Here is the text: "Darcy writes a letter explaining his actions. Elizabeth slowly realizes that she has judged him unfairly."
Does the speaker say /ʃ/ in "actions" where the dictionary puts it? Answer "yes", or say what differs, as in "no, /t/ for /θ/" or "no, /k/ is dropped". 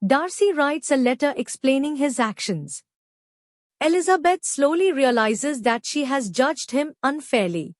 yes